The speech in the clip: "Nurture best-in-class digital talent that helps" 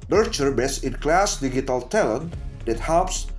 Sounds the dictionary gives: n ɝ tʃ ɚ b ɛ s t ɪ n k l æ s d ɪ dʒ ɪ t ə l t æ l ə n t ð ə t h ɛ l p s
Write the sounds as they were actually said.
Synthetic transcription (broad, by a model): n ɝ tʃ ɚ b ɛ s ɪ n k l æ s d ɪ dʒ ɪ t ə l t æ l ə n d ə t h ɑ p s